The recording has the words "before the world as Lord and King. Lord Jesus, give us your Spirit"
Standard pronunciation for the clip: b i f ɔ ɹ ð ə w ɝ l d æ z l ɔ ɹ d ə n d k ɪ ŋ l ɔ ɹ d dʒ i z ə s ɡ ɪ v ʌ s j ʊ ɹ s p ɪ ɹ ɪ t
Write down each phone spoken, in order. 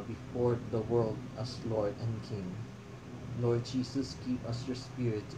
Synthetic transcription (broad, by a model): b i f ɔ ɹ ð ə w ɝ l d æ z l ɔ ɹ d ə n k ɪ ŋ l ɔ ɹ d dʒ i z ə s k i p ʌ s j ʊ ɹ s p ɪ ɹ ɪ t